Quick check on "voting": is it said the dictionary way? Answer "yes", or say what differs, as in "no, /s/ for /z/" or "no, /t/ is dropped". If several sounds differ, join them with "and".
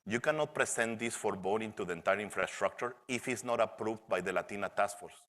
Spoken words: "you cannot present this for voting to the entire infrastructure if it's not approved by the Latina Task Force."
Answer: no, /b/ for /v/